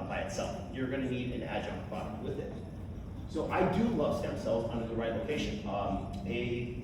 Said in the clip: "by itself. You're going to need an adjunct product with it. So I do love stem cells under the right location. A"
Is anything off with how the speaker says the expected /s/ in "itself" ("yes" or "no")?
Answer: no